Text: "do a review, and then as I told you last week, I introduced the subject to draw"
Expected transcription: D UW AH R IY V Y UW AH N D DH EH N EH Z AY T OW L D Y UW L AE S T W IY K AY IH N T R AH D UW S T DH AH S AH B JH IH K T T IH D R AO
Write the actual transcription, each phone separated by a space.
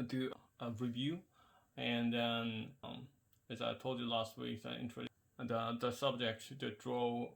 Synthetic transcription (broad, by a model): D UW AH R IY V Y UW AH N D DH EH N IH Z AY T OW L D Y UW L AE S T W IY K AY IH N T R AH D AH DH AH S AH B JH IH K T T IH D R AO